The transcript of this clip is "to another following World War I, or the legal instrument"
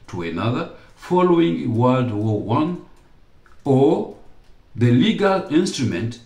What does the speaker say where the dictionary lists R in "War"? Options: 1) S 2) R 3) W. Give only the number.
3